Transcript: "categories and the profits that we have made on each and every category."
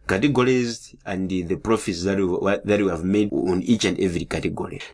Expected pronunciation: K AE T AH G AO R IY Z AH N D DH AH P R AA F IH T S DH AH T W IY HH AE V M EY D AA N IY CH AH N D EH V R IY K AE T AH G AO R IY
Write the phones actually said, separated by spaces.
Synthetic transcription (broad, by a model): K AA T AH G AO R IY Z AH N D DH AH P R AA F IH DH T DH AH T W IY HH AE V M EY D AA N IY CH AH N D EH V R IY K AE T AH G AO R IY